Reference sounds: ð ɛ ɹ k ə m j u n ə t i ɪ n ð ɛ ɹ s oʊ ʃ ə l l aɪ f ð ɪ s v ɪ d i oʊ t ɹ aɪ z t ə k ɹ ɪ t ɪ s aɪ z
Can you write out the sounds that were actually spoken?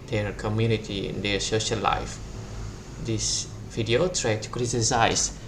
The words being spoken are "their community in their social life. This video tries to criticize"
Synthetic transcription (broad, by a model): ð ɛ ɹ k ə m j u n ə t i ɪ n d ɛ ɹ s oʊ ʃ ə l l aɪ f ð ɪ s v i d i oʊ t ɹ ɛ t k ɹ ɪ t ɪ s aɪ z